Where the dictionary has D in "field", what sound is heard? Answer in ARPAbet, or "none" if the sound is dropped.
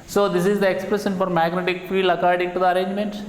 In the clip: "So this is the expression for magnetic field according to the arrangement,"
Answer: none